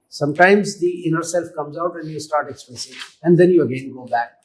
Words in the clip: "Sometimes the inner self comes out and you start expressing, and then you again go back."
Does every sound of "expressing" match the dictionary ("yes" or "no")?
no